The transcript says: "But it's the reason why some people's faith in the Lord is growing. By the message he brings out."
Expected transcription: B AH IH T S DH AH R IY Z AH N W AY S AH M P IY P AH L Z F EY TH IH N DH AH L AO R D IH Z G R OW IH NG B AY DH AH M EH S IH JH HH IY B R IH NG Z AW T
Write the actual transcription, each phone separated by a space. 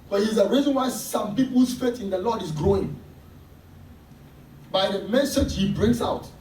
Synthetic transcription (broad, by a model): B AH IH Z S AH R IY Z AH N W AY S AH M P IY P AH L S F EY T IH N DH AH L AO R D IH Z G R OW IH NG B AY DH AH M EH S IH JH HH IY B R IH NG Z AW T